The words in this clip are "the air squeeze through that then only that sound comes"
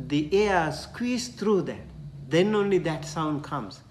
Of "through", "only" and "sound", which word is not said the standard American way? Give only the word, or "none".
through